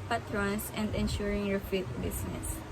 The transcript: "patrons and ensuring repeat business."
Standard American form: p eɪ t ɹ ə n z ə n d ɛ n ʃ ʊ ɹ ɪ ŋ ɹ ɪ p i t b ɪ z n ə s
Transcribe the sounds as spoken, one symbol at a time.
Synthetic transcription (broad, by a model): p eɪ t ɹ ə n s ə n d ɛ n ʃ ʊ ɹ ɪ ŋ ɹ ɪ f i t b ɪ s n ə s